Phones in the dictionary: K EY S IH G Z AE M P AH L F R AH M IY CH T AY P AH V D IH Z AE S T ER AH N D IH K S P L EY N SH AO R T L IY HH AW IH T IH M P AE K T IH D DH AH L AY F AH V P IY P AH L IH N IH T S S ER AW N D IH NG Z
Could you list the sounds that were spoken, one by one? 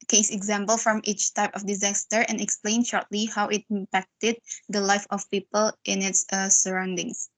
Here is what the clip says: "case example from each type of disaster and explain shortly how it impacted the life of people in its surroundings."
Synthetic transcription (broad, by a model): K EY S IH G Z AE M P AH L F R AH M IY CH T AY P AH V D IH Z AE S T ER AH N IH K S P L EY N SH AO R T L IY HH AW IH T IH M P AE K T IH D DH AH L AY F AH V P IY P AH L IH N IH T S S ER AW N D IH NG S